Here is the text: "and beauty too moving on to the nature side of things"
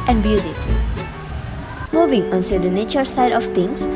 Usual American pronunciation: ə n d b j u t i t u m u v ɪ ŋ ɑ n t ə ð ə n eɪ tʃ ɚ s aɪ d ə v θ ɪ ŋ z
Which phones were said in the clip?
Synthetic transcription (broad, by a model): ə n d b j u t i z m u v ɪ ŋ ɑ n s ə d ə n eɪ tʃ ɚ s aɪ d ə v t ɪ ŋ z